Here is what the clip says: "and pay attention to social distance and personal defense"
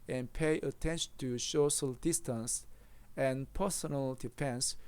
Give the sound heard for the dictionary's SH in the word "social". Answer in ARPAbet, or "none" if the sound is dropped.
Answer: S